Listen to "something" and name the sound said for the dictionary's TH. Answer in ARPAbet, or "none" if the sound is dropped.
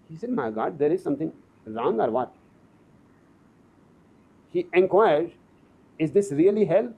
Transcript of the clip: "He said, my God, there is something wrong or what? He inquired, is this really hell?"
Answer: T